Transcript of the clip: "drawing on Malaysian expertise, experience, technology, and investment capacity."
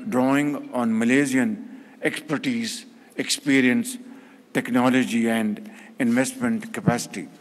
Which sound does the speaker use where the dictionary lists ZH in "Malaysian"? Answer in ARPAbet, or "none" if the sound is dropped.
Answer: Z